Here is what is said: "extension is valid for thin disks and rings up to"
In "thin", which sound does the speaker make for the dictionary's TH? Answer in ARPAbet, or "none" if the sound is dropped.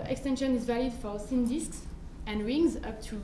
S